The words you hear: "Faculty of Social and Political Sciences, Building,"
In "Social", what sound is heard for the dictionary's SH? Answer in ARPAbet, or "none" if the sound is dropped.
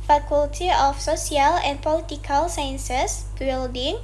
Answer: S